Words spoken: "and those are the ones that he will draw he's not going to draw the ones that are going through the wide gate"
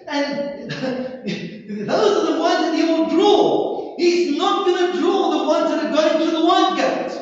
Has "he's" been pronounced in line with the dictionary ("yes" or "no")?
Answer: yes